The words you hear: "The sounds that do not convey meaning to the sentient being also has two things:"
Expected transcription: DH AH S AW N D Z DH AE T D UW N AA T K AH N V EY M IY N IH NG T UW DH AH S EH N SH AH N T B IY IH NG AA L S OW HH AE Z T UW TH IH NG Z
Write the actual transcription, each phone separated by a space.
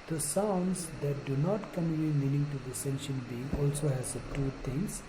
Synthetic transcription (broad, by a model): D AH S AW N D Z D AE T D UW N AA T K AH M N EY M IY N IH NG T UW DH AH S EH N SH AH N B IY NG AA L S OW HH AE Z T UW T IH NG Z